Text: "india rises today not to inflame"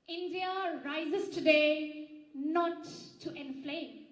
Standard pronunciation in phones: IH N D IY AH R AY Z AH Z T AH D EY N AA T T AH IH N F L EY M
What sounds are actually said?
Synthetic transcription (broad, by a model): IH N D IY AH R AY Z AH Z T AH D EY N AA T T AH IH N F L EY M